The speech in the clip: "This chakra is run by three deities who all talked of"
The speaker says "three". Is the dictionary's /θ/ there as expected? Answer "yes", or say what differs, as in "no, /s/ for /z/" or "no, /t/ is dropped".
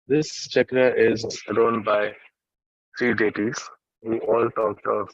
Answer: no, /s/ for /θ/